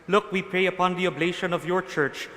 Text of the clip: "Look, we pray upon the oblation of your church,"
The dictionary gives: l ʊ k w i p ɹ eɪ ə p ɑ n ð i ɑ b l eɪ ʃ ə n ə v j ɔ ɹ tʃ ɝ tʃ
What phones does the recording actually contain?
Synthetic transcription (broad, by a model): l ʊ k w i p ɹ eɪ ə p ɑ n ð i ɑ b l eɪ ʃ ə n ə v j ɔ ɹ tʃ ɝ tʃ